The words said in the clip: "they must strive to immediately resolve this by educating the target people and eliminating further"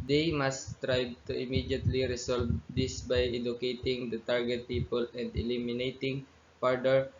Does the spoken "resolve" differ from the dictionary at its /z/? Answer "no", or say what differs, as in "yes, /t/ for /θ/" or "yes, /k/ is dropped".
yes, /s/ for /z/